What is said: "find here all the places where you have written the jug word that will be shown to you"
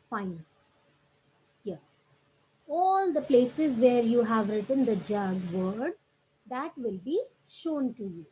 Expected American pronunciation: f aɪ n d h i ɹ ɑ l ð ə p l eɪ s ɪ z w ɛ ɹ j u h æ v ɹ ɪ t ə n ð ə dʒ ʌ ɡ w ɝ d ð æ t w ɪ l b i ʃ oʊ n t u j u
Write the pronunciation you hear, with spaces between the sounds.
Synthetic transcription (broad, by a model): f aɪ n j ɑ ɑ l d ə p l eɪ s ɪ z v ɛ ɹ j u h æ v ɹ ɪ t ə n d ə dʒ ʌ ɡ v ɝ d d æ t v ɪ l b i ʃ oʊ n t u j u